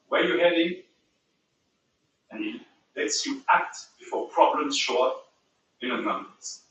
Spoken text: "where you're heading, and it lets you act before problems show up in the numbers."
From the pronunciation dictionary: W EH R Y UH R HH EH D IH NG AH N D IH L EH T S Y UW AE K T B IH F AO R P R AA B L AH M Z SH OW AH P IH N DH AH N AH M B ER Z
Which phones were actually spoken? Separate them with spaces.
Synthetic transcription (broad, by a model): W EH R Y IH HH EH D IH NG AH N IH L EH T S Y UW AE K T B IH F AO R P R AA B L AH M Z SH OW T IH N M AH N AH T